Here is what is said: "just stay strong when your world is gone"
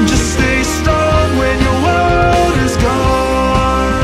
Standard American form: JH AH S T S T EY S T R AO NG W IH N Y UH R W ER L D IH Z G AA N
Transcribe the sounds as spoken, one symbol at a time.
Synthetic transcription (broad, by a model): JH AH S S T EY S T AO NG W IH N Y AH R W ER D IH Z G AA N